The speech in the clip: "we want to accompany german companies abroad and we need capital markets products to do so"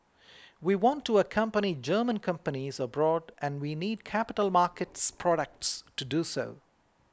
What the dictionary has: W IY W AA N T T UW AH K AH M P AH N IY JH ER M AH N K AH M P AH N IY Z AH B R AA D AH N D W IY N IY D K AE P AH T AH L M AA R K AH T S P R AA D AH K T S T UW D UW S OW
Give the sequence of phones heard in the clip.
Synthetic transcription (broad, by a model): W IY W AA N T T UW AH K AH M P AH N IY JH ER M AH N K AH M P AH N IY Z AH B R AA D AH N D W IY N IY D K AE P AH T AH L M AA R K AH T S P R AA D AH K T S T UW D UW S OW